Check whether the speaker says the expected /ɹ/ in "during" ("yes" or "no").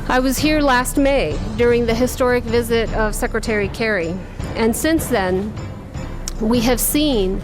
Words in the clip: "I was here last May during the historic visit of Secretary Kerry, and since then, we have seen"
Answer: yes